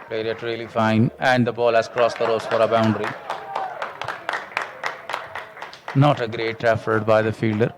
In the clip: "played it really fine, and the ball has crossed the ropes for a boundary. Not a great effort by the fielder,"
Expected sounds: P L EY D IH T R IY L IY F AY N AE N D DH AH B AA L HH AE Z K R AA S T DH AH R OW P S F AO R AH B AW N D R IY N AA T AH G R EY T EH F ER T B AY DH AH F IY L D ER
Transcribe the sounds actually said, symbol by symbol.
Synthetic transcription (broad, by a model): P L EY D IH T R IY L IY F AY N AE N D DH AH B AA L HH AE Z K R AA S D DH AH R OW S F AO R AH B AW N D R IY N AA T AH G R EY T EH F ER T B AY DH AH F IY L D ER